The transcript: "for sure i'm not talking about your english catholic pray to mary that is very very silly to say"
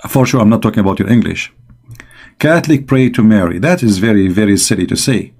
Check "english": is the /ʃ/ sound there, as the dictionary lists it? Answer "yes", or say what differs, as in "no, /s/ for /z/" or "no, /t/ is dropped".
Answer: yes